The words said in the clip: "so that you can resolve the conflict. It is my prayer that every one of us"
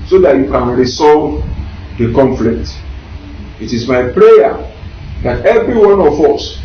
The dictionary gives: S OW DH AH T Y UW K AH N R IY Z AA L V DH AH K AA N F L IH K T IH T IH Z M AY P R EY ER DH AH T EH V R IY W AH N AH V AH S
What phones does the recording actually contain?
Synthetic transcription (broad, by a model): S OW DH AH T Y UW K AH N R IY S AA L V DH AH K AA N F L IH K T IH T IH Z M AY P R EY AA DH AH T EH V R IY W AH N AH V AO S